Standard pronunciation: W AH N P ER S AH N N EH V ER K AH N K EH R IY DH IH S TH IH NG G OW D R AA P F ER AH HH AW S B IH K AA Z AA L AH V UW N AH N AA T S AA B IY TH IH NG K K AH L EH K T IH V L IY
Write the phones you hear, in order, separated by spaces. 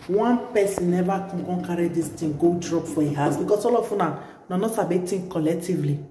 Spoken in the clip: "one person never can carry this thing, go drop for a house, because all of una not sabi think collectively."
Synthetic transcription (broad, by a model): W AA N P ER S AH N N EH V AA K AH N K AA R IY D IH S T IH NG G OW D R AA P F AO AH HH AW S B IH K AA S AA L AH F UW N AH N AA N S AA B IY T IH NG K K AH L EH K T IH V L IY